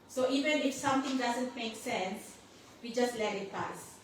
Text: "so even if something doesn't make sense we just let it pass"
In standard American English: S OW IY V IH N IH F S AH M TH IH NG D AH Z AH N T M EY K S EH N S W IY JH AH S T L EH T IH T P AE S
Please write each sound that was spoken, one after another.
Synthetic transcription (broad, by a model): S OW IY V IH N IH F S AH M T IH NG D AH Z AH N T M EY K S EH N S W IY JH AH S T L EH T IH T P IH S